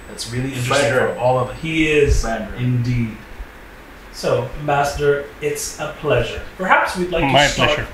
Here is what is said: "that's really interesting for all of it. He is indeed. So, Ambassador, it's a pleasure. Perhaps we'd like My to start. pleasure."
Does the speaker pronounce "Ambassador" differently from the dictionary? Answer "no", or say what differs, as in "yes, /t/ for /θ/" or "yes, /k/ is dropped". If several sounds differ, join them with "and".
yes, /b/ is dropped